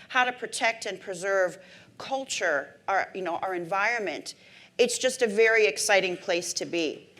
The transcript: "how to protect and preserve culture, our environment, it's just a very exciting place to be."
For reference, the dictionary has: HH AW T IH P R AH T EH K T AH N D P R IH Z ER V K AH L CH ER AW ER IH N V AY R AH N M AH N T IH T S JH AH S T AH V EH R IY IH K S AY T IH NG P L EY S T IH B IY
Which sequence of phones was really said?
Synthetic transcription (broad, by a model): HH AW T IH P R AH T EH K T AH N P R IH Z ER V K AH L CH ER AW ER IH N V AY R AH N M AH N T IH T S JH AH S T AH V EH R IY IH K S AY T IH NG P L EY S T IH B IY